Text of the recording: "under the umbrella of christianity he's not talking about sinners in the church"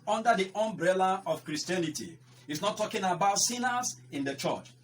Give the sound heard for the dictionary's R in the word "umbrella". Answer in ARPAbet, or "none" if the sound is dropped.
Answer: R